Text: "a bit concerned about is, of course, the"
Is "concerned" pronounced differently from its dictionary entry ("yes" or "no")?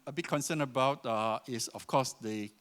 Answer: yes